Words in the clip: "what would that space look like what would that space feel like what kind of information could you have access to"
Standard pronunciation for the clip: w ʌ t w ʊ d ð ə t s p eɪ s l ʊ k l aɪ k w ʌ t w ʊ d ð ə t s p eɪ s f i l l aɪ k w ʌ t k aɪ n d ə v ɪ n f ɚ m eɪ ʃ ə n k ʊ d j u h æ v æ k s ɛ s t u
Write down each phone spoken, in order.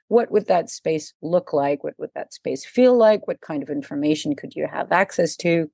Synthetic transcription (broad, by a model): w ʌ t w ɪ d ð ə t s p eɪ s l ʊ k l aɪ k w ʌ t w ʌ d ð ə t s p eɪ s f i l l aɪ k w ʌ t k aɪ n d ə v ɪ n f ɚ m eɪ ʃ n k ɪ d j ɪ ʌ v æ k s ɛ s t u